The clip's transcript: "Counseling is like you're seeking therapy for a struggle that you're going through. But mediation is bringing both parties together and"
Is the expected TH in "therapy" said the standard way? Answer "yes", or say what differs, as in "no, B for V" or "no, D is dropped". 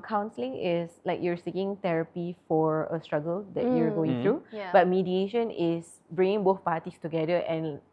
no, T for TH